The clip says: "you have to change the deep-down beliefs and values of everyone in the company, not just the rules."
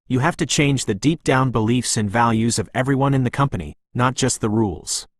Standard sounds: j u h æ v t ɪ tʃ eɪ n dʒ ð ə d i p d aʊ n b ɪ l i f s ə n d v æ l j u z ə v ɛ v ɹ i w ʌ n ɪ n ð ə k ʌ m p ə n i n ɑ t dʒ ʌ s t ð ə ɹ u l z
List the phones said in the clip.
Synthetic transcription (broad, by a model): j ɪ h æ f t ɪ tʃ eɪ n dʒ ð ə d i p d aʊ n b ɪ l i f s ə n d v æ l j u z ə v ɛ v ɹ i w ʌ n ɪ n ð ə k ʌ m p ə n i n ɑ t dʒ ʌ s t ð ə ɹ u l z